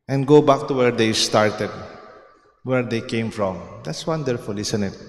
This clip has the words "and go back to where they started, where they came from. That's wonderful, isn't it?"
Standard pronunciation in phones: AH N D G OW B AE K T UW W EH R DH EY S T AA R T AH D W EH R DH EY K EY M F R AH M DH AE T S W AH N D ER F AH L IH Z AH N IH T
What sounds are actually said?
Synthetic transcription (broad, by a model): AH N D G OW B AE K T UW W EH R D EY S T AA R T AH D W EH R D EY K EY M F R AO M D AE T S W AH N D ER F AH L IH S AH N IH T